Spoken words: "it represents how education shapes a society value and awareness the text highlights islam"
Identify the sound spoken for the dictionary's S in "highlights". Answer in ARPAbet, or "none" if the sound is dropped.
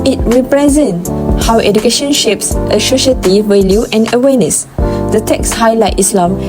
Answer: none